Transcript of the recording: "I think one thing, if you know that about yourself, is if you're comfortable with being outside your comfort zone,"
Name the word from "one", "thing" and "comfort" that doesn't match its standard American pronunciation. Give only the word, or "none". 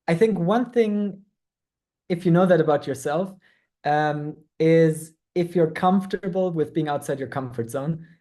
none